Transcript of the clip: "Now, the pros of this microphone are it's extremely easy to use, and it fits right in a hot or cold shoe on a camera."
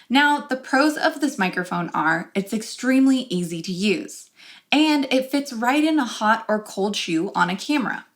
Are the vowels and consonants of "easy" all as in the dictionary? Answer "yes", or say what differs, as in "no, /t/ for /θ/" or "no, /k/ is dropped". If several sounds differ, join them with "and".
yes